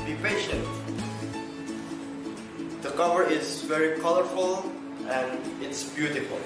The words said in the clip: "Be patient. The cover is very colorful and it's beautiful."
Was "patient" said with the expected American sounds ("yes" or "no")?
yes